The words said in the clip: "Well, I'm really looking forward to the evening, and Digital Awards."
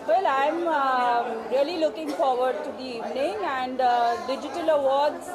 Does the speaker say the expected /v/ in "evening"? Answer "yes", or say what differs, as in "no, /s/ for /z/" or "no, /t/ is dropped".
yes